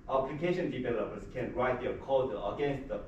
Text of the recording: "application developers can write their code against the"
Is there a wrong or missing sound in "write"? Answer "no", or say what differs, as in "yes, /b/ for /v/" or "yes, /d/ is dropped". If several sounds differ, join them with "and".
no